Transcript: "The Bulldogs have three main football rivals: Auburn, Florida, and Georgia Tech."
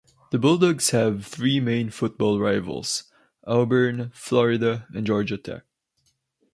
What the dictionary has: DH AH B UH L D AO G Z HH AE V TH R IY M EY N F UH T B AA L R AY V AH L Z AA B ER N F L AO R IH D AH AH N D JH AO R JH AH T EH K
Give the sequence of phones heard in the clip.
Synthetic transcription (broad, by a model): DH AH B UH L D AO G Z HH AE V TH R IY M EY N F UH T B AA L R AY V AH L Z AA B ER N F L AO R IH D AH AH N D JH AO R JH AH T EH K